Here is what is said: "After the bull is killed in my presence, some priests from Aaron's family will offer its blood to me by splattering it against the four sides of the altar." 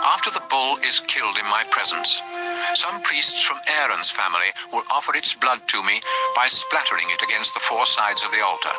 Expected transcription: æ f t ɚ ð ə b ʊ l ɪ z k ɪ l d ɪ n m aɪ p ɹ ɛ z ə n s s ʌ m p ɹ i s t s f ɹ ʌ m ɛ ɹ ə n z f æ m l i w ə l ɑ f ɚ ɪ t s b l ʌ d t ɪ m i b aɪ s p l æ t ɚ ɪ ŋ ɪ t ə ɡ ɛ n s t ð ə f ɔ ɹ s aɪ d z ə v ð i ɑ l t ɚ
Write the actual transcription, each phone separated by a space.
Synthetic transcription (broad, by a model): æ f t ɚ ð ə b ʊ l ɪ z k ɪ l d ɪ n m aɪ p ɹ ɛ z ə n s s ʌ m p ɹ i s t s f ɹ ʌ m ɛ ɹ ə n z f æ m l i w ə l ɑ f ɚ ɪ t s b l ʌ d t ɪ m i b aɪ s p l æ t ɚ ɪ ŋ ɪ t ə ɡ ɛ n s t ð ə f ɔ ɹ s aɪ d z ə v ð i ɑ l t ɚ